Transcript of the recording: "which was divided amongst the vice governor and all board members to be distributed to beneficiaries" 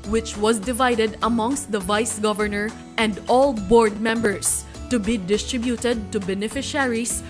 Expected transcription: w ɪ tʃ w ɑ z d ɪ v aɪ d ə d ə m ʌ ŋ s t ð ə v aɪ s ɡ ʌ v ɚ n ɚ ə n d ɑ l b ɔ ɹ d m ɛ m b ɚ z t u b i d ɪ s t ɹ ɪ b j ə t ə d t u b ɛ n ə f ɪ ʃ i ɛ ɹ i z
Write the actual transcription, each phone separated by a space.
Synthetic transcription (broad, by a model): w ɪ tʃ w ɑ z d ɪ v aɪ d ə d ə m ʌ ŋ s t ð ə v aɪ s ɡ ʌ v ɚ n ɚ ə n d ɑ l b ɔ ɹ d m ɛ m b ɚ s t u b i d ɪ s t ɹ ɪ b j ə t ə d t u b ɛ n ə f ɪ ʃ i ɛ ɹ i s